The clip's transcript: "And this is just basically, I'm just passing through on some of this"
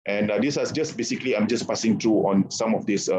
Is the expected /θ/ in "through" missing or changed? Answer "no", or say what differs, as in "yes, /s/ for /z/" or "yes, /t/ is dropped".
yes, /t/ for /θ/